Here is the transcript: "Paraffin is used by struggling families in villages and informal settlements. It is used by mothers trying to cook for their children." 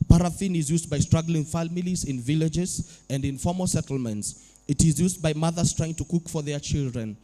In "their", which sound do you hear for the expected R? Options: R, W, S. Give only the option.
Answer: R